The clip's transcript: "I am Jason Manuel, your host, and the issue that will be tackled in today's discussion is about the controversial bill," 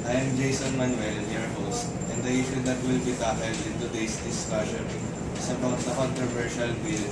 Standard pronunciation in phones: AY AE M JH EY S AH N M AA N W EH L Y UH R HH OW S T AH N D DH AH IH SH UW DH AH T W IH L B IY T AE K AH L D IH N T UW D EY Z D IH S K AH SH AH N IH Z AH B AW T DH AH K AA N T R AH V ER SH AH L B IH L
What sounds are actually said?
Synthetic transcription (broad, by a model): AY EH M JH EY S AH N M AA N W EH L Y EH R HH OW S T AH N D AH IH SH UW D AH T W IH L B IY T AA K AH L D IH N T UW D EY S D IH S AA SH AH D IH S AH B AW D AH K AA N T R AH V ER SH AH L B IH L